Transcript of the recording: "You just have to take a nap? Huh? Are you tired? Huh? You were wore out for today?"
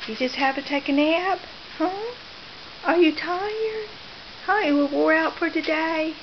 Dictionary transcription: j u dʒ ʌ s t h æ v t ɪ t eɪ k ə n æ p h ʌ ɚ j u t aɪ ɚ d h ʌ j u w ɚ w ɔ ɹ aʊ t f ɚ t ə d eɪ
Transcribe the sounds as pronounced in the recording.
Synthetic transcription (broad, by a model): j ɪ dʒ ʌ s t h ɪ v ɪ t eɪ k ə n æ b h ʌ ɚ j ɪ t aɪ ɚ d h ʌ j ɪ w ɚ w ɔ ɹ aʊ t f ɚ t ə d eɪ